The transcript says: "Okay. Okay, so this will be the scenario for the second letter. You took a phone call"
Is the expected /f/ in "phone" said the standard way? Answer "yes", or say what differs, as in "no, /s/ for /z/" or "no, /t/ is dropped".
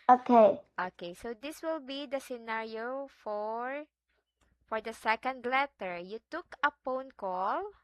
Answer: no, /p/ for /f/